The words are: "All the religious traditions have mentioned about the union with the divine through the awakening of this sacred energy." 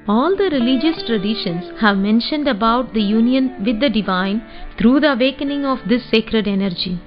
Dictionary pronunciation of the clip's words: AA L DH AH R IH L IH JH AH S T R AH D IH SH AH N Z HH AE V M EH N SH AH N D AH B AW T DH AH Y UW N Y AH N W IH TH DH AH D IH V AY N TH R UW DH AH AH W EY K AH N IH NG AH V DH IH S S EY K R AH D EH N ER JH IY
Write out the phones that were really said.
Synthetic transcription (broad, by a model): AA L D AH R IH L IH JH AH S T R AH D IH SH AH N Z HH AE V M EH N SH AH N D AH B AW T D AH Y UW N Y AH N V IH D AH D IH V AY N T R UW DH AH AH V EY K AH N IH NG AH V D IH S S EY K R AH D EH N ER JH IY